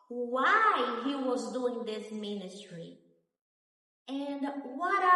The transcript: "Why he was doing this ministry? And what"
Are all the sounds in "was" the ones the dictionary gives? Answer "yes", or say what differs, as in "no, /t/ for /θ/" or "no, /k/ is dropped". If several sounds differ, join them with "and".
yes